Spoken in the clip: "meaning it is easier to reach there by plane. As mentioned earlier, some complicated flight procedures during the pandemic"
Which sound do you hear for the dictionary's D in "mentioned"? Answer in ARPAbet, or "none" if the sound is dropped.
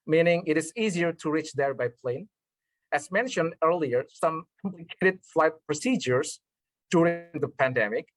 D